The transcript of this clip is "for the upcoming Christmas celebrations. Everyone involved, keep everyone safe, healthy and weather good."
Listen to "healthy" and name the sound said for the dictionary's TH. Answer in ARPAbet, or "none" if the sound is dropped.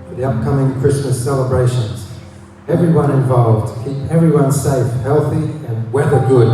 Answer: TH